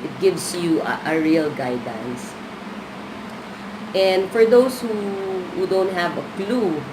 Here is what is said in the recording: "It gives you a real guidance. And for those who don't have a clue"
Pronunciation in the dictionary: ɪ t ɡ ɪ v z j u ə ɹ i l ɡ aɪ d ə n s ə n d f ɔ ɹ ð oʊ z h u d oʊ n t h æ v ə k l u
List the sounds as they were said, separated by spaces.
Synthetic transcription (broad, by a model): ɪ t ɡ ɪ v s j u ə ɹ i l ɡ aɪ d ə n s ə n d f ɔ ɹ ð oʊ s h u d oʊ n t h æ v ə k l u